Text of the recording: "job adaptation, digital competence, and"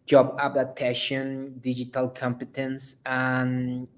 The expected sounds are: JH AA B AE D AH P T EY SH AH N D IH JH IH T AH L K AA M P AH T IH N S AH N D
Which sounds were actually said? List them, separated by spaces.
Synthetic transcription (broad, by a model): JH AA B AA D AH T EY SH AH N D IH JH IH T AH L K AA M P AH T IH N S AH N